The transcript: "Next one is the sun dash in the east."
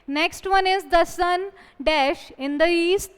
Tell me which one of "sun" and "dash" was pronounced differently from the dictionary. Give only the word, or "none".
none